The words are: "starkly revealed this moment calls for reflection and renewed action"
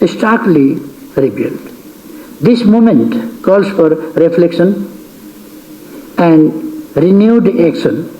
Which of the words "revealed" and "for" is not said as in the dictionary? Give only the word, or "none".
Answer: revealed